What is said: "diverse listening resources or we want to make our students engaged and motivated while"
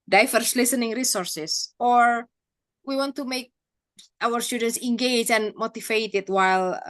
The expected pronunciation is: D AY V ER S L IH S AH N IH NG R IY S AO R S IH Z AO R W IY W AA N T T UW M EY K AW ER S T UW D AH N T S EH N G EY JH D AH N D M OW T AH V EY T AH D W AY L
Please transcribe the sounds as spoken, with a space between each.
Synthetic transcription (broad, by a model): D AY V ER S L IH S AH N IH NG R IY S AO R S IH S AO R W IY W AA N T T UW M EY K AW ER S T UW D AH N T S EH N G EY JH AH N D M OW T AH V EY T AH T W AY L